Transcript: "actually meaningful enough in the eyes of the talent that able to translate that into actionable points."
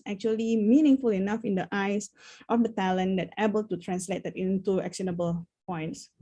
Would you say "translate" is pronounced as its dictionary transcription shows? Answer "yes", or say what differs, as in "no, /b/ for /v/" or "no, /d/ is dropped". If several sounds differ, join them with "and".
yes